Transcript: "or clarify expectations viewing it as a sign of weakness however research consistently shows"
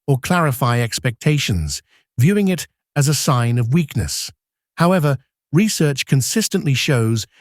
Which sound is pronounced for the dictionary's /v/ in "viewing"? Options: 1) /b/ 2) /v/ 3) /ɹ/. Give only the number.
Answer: 2